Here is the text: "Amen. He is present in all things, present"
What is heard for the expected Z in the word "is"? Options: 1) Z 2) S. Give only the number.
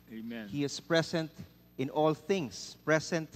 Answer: 2